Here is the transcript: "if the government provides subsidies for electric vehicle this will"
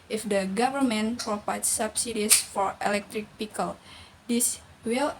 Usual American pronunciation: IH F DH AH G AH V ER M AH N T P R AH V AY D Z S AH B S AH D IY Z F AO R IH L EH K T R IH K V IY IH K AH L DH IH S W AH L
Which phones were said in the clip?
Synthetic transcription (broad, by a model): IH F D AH G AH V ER M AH N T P R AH P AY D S S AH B S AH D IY S F AO R IH L EH K T R IH K P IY K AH L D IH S W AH L